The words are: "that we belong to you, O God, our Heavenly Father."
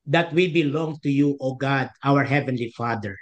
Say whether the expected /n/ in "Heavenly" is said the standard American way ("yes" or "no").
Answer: yes